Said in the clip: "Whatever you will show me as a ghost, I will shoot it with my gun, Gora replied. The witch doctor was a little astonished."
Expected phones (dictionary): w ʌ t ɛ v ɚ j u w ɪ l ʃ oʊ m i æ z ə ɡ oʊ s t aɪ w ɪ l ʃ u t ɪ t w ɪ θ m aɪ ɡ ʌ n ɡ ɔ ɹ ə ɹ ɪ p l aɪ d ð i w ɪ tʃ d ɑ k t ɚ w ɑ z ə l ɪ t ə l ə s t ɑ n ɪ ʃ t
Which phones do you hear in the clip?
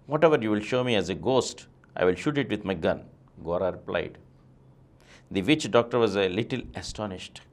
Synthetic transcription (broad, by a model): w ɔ t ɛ v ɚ j u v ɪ l ʃ oʊ m i æ z ə ɡ oʊ s t aɪ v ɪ l ʃ u t ɪ t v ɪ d m aɪ ɡ ʌ n ɡ ɔ ɹ ə ɹ ɪ p l aɪ d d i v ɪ tʃ d ɑ k t ɚ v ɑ z ə l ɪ t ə l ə s t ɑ n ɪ ʃ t